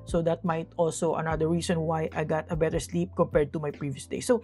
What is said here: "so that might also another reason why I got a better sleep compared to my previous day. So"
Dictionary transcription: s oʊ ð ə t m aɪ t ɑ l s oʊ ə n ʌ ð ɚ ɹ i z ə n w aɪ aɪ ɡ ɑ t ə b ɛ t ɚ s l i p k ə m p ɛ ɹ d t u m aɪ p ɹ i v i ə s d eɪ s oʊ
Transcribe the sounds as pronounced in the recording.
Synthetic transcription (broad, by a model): s oʊ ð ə t m aɪ t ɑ l s oʊ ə n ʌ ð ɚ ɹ i s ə n w aɪ aɪ ɡ ɑ t ə b ɛ t ɚ s l i p k ə m p ɛ ɹ d t u m aɪ p ɹ i v i ə s d eɪ s oʊ